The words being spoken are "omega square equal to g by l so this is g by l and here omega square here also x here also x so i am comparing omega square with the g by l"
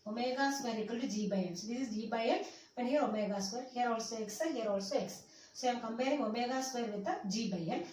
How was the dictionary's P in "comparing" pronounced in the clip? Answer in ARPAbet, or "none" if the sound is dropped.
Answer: B